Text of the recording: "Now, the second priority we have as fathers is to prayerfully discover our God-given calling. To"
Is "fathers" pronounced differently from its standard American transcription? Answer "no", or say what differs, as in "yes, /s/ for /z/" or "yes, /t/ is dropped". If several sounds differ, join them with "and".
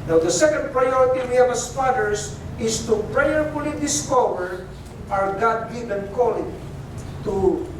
yes, /s/ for /z/